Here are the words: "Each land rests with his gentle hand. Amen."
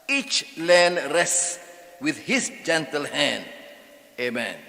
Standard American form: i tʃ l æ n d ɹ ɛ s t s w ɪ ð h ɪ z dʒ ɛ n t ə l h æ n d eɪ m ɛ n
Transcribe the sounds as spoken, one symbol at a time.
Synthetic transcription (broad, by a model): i tʃ l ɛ n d ɹ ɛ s s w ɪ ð h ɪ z dʒ ɛ n t ə l h æ n d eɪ m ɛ n